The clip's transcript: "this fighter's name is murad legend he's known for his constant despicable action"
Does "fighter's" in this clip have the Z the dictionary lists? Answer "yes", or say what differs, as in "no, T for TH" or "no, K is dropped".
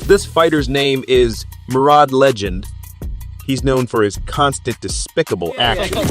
yes